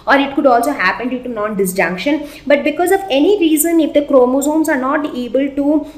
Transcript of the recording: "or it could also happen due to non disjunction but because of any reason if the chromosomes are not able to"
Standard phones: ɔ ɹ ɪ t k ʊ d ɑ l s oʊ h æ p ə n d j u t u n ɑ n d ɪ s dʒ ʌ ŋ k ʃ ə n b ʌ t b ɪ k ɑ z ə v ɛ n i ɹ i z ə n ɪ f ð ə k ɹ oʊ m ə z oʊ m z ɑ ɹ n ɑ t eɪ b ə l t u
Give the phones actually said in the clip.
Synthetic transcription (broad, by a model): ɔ ɹ ɪ t k ʊ d ɑ l s oʊ h æ p ə n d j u t u n ɑ n d ɪ s dʒ ʌ ŋ k ʃ ə n b ʌ t b ɪ k ɑ z ə v ɛ n i ɹ i z ə n ɪ f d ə k ɹ oʊ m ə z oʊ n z ɑ ɹ n ɑ t eɪ b ə l t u